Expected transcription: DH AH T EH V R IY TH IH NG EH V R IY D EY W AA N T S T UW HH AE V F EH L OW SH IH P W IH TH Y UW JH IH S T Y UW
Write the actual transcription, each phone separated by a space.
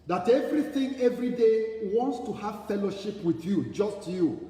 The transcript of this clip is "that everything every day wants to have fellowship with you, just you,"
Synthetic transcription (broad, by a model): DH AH T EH V R IY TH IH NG EH V R IY D EY W AA N T S T UW HH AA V F EH L OW SH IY P W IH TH Y UW JH IH S T Y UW